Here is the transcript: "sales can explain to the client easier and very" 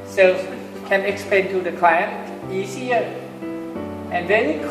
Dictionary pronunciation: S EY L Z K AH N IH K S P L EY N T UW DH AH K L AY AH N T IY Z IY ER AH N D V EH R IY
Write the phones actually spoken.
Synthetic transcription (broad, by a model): S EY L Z K AH N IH K S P EY N T UW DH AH K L AY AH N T IY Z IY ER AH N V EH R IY